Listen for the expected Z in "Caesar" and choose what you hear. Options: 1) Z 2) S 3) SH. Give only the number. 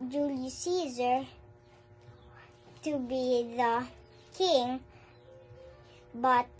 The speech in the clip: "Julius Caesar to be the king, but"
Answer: 1